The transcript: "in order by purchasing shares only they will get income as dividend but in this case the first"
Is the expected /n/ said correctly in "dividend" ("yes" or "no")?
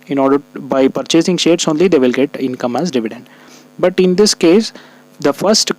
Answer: yes